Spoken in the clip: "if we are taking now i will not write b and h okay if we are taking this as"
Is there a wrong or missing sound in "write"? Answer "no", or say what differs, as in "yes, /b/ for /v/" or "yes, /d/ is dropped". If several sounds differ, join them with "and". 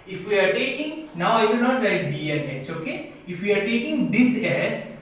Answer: yes, /l/ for /ɹ/